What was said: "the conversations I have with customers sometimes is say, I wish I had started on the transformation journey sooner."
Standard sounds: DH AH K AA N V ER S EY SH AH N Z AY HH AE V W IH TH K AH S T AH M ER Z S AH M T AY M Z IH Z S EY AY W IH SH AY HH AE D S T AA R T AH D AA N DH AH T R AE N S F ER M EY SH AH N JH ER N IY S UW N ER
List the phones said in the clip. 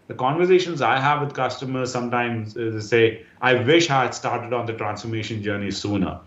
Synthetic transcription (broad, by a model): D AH K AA N V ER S EY SH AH N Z AY HH AE V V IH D K AH S T AH M ER Z S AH M T AY M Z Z S EY AY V IH SH HH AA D S T AA R T AH D AA N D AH T R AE N S F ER M EY SH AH N JH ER N IY S UW N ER